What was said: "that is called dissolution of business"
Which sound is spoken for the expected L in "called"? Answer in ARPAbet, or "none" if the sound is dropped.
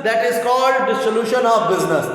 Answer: L